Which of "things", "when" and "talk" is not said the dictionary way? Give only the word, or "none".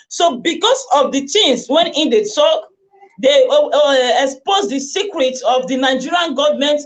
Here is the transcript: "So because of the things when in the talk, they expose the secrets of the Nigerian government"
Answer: things